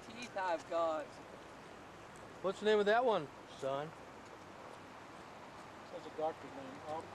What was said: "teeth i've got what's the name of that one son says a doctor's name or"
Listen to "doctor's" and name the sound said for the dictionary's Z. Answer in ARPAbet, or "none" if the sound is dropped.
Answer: none